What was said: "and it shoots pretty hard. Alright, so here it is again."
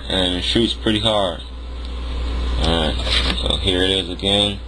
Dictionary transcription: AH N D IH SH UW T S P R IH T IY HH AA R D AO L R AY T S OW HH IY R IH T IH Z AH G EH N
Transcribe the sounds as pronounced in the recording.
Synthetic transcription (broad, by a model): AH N IH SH UW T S P R IH T IY HH AA R D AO R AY T S OW HH IY R IH T IH Z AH G EH N